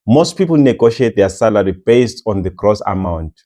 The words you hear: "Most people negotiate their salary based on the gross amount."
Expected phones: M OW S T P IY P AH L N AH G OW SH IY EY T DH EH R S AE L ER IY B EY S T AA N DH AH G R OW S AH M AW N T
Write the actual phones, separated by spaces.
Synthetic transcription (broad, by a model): M OW S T P IY P AH L N AH G OW SH IY EY T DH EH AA S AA L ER IY B EY S T AA N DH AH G R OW S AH M AW N T